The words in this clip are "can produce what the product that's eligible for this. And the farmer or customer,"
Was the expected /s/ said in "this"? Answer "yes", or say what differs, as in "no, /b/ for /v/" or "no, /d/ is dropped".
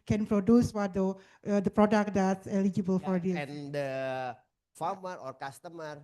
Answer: no, /s/ is dropped